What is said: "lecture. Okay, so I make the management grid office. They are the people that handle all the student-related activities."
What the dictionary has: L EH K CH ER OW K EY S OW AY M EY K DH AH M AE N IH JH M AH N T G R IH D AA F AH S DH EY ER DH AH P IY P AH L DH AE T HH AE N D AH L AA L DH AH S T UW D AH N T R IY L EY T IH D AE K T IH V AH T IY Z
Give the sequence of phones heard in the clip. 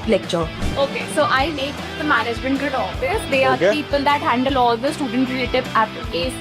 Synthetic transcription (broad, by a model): L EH K CH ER OW K EY S OW AY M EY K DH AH M AE N IH JH M AH N T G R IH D AA F AH S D EY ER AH P IY P AH L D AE T HH AE N D AH L AA L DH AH S T UW D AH N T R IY EY T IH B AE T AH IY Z